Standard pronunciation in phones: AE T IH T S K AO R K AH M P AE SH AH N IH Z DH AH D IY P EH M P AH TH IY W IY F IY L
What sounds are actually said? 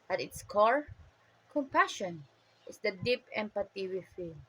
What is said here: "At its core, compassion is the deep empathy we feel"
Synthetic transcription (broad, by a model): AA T IH T S K AO R K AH M P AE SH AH N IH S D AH D IY P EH M P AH T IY W IY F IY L